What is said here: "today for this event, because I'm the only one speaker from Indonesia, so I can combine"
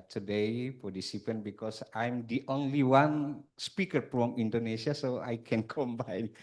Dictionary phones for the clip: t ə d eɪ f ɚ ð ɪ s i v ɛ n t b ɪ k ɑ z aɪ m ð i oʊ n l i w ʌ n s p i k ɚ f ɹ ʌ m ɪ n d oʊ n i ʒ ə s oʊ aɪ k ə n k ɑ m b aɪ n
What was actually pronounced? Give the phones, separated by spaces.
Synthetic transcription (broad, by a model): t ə d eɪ p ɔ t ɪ s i p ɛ n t b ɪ k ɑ s aɪ m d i oʊ n l i w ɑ n s p i k ɚ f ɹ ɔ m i n d oʊ n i s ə s oʊ aɪ k ə n k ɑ m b aɪ n